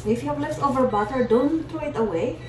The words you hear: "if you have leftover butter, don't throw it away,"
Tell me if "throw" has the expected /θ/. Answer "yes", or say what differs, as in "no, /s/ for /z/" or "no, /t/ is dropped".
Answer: no, /t/ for /θ/